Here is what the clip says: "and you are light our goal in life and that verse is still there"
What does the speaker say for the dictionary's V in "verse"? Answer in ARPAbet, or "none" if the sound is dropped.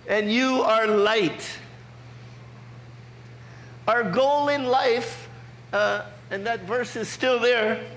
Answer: V